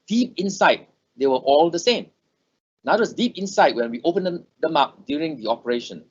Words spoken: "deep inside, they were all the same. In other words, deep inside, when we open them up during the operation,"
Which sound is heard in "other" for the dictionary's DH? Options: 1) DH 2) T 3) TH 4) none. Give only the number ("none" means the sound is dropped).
4